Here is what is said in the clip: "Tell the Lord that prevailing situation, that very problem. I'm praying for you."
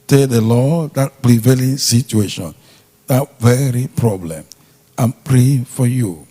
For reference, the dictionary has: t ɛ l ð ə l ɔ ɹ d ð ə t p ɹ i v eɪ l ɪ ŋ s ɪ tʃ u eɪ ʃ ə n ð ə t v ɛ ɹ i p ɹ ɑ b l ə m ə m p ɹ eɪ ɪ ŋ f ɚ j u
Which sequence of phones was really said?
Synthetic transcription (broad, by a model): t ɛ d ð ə l ɔ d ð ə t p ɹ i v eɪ l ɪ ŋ s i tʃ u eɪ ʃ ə n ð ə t v ɛ ɹ i p ɹ ɑ b l ə m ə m p ɹ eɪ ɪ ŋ f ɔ j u